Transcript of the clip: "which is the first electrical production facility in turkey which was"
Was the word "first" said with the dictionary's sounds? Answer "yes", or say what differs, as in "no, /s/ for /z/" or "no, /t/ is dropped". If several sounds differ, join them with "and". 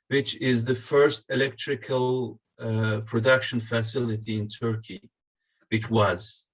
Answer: yes